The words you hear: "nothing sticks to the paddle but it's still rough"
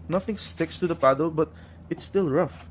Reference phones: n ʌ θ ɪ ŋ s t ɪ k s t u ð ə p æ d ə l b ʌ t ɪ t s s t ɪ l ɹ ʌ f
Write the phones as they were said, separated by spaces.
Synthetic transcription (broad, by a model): n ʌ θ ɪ ŋ s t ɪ k s t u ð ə p æ d ə l b ʌ t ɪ t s s t ɪ l ɹ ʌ f